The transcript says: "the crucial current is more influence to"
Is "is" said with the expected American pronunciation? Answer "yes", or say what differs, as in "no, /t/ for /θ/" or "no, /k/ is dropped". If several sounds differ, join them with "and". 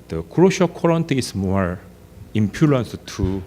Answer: no, /s/ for /z/